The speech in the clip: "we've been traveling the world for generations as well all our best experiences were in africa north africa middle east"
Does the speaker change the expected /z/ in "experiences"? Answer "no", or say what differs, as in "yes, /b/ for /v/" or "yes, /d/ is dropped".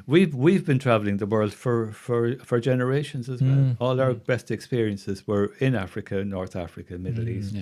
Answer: no